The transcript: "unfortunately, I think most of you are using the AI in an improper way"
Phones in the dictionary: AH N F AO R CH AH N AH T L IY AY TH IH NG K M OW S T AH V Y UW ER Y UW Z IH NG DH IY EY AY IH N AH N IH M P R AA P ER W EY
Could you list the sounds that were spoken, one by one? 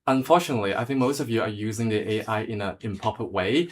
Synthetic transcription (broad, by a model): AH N F AO R CH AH N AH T L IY AY TH IH NG K M OW S T AH V Y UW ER Y UW Z IH NG DH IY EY AY IH N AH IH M P AA P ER W EY